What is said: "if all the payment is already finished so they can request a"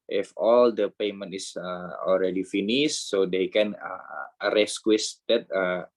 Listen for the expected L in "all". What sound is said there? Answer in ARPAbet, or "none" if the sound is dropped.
L